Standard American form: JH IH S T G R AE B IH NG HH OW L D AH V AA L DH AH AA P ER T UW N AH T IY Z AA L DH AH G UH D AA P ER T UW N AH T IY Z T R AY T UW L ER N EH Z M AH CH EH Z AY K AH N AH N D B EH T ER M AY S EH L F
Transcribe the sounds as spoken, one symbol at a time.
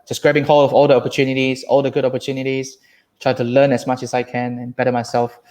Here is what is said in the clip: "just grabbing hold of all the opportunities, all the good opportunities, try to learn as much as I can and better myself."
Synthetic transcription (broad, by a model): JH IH S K R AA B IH NG HH OW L AH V AA L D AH AA P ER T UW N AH T IY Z AA L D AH G UH D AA P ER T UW N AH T IY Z T R AY T UW L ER N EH S M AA CH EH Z AY K AH N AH N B EH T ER M AY S EH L F